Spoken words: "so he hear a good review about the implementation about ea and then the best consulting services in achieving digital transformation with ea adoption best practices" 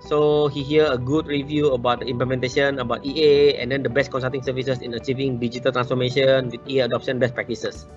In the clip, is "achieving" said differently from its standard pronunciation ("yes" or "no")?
no